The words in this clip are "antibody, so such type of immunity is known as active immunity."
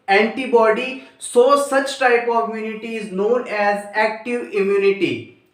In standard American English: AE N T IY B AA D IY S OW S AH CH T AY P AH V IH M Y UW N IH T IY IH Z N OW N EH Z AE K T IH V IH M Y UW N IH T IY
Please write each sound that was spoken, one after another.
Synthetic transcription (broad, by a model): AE N T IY B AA D IY S OW S AH CH T AY P AH V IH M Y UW N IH T IY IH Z N OW N EH Z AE K T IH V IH M Y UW N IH T IY